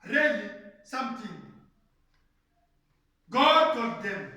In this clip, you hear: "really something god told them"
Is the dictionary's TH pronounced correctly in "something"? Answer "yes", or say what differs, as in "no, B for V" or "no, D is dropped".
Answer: no, T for TH